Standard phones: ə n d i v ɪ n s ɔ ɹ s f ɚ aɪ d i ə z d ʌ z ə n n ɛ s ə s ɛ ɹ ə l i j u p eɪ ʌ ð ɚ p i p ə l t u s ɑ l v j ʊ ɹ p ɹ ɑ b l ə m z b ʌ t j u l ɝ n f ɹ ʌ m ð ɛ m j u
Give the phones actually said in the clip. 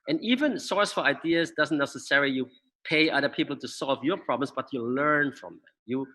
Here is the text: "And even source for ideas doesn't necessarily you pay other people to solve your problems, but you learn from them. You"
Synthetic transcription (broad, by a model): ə n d i v ɪ n s ɔ ɹ s f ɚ aɪ d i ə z d ʌ z ə n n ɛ s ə s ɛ ɹ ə l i j u p eɪ ʌ ð ɚ p i p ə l t u s ɑ l v j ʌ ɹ p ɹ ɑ b l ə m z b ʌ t j u l ɝ n f ɹ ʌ m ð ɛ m j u